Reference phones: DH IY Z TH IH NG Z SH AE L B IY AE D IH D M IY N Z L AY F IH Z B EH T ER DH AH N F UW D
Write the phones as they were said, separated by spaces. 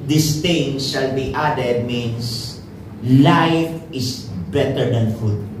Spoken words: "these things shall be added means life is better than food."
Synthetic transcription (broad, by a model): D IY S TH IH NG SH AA L B IY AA D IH D M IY N S L AY F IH S B EH T ER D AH N F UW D